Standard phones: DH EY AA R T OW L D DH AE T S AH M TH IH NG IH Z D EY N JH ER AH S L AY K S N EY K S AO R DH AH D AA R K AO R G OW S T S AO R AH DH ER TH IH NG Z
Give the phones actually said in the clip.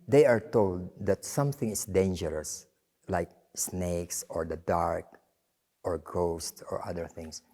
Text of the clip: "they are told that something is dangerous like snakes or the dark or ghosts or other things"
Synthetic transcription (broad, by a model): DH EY AA R T OW L D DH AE T S AH M TH IH NG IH S D EY N JH ER AH S L AY K S N EY K S AO R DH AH D AA R K AO R G OW S T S AO R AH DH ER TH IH NG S